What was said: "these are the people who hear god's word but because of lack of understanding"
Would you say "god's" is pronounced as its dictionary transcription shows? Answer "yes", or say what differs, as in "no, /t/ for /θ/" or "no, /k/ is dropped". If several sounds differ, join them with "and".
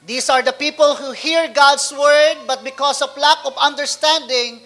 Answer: no, /s/ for /z/